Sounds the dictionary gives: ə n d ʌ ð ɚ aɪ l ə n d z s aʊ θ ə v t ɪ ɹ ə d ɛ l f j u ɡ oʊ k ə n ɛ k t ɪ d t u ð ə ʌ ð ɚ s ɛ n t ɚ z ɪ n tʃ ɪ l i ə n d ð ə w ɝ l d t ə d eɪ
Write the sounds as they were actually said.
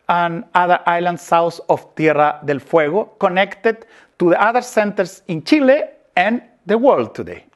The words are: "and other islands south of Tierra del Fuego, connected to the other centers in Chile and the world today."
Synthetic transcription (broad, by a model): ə n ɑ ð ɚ aɪ l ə n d s aʊ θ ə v t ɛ ɹ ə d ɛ l f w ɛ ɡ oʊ k ə n ɛ k t ɪ d t u ð ə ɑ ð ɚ s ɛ n t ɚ s ɪ n tʃ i l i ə n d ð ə w ɝ l d t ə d eɪ